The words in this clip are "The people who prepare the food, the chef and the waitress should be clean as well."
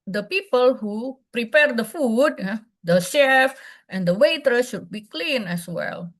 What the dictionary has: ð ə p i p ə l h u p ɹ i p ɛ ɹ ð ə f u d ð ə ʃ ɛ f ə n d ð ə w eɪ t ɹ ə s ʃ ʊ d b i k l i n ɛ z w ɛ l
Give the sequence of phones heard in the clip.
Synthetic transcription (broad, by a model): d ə p i p ə l h u p ɹ i p ɛ ɹ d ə f u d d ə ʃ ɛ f ə n d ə w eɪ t ə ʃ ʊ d b i k l i n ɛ s w ɛ l